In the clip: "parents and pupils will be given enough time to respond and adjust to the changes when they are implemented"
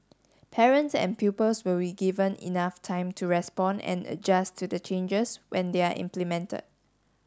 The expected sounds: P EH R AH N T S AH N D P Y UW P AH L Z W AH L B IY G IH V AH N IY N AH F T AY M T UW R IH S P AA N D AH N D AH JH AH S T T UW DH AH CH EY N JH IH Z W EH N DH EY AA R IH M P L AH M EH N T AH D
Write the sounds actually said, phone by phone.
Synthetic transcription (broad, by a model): P EH R AH N T S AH N P Y UW P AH L S W AH L B IY G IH V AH N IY N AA F T AY M T UW R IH S P AA N AH N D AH JH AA S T T UW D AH CH EY N JH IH S W EH N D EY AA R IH M P L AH M EH N T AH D